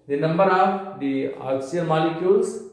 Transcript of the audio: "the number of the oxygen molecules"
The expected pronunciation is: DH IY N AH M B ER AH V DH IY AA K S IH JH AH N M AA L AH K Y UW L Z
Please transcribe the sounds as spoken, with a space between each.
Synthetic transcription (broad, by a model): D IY N AH M B ER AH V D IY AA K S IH AH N M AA L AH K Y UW L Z